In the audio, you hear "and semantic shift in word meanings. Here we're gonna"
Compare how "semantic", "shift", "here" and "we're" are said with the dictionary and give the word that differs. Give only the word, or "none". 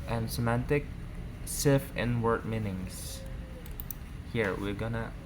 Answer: shift